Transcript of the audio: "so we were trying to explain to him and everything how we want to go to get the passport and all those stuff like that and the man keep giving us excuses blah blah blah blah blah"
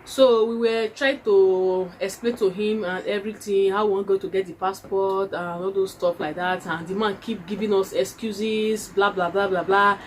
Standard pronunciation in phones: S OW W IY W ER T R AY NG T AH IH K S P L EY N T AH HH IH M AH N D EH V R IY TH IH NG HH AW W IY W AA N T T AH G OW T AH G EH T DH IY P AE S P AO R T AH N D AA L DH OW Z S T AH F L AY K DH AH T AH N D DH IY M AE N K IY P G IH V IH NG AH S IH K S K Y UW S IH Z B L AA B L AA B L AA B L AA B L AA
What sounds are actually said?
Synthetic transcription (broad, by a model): S OW W IY W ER T R AY T AH IH K S P L EY N T AH HH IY M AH N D EH V R IY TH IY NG HH AW W IY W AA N G OW T AH G EH T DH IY P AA S P AO T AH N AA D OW S T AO P L AY K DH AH T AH N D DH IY M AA N K IY P G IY V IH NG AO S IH K S K Y UW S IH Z B L AA B L AA B L AA B L AA B L AA